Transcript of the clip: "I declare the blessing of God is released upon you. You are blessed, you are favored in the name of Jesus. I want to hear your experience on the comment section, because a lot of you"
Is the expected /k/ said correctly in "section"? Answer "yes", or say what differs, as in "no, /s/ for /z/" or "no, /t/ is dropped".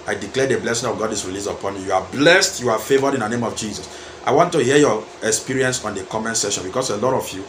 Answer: no, /k/ is dropped